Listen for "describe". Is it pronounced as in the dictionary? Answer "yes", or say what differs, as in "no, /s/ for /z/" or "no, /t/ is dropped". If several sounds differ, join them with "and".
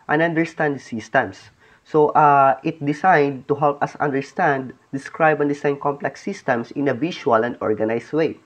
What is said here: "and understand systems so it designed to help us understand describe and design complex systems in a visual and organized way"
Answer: yes